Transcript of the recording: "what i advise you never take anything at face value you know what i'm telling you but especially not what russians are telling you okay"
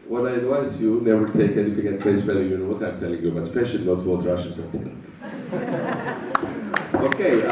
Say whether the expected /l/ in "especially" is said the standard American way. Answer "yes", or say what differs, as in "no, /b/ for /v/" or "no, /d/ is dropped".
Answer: no, /l/ is dropped